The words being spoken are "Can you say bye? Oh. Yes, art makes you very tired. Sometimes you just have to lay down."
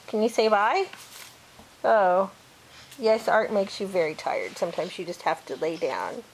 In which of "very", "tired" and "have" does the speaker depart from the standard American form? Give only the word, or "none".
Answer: have